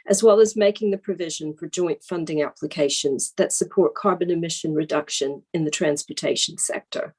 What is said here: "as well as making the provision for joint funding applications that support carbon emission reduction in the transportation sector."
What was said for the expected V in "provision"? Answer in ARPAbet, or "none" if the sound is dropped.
V